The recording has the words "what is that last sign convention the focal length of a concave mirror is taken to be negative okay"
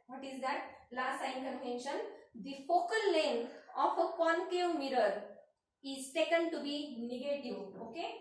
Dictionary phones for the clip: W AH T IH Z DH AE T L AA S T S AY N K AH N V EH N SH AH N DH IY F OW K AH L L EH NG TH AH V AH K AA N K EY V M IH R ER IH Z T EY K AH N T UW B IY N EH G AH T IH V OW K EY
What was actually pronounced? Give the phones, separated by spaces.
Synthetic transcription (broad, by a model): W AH T IH Z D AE T L AA S T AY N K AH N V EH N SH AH N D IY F OW K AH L L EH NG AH F AH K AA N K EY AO M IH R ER IH Z S EY K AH N T UW B IY N EH G AH T IH V OW K EY